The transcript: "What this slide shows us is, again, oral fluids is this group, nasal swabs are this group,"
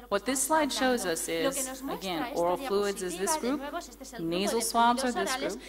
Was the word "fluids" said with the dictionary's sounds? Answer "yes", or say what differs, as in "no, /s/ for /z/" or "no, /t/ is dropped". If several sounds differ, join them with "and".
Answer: yes